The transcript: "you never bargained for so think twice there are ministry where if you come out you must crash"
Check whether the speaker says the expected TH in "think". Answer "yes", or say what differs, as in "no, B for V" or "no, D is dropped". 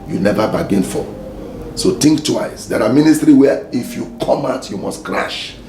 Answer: no, T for TH